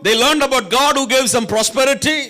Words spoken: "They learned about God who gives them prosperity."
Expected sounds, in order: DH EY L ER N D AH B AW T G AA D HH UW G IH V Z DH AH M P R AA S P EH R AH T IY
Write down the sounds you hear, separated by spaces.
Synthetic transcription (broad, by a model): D EY L ER N D AH B AW T G AA D HH UW G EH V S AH M P R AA S P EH R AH T IY